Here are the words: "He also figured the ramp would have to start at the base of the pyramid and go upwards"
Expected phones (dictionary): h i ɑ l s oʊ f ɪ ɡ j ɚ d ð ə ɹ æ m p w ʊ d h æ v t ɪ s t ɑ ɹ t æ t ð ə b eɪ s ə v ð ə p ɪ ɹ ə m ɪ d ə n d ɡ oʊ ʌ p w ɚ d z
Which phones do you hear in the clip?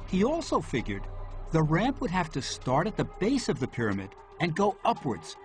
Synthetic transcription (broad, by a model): h i ɑ l s oʊ f ɪ ɡ j ɚ d ð ə ɹ æ m p w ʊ d h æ f t ɪ s t ɑ ɹ t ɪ t ð ə b eɪ s ə v ð ə p ɪ ɹ ə m ɪ d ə n ɡ oʊ ʌ p w ɚ d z